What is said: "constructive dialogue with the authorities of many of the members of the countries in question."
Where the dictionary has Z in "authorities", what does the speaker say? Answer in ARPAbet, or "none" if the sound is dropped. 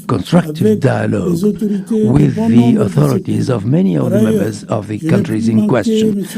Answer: Z